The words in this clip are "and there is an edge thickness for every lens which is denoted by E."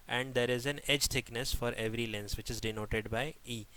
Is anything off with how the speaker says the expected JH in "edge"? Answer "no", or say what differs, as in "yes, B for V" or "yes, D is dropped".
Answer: no